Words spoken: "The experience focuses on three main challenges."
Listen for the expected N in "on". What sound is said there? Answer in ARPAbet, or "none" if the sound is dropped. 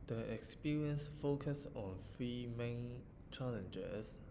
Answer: N